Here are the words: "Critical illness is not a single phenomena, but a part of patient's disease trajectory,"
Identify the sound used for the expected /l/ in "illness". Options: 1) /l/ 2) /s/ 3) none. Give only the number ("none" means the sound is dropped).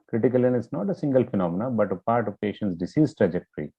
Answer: 3